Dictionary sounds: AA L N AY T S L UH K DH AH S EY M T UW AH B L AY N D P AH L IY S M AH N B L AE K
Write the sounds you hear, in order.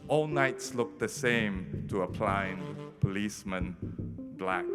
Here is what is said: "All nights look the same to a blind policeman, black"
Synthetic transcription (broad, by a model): AA L N AY T S L UH K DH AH S EY M T UW AH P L AY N P AH L IY S M AH N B L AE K